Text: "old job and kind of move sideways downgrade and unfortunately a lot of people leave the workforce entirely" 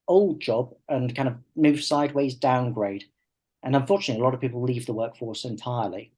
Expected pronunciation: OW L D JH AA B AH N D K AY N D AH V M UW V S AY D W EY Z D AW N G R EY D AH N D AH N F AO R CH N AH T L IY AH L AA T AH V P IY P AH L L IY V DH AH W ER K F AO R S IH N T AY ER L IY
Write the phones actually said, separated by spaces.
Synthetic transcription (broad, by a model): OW L D JH AA B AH N K AY N D AH V M UW V S AY D W EY Z D AW N G R EY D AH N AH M F AO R CH N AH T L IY AH L AA T AH V P IY P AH L L IY V DH AH W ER K F AO R S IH N T AY ER L IY